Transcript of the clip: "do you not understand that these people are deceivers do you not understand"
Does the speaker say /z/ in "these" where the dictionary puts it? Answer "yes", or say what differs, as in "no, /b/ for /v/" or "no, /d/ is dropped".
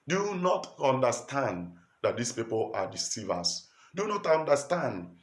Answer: no, /s/ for /z/